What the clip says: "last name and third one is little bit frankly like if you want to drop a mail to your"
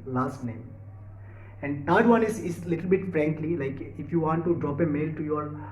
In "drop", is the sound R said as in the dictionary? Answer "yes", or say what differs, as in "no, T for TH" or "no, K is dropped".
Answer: yes